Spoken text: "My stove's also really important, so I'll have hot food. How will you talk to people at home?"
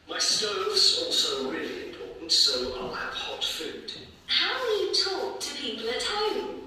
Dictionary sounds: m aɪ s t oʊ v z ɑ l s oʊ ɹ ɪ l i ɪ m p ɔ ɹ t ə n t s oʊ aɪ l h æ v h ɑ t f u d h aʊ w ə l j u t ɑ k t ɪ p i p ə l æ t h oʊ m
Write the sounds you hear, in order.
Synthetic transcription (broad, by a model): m aɪ s t oʊ v z ɑ l s oʊ ɹ ɪ l i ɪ m p ɔ ɹ t n t s oʊ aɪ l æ p h ɑ t f u d h aʊ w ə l j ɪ t ɑ k t ɪ p i p ə l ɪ t h oʊ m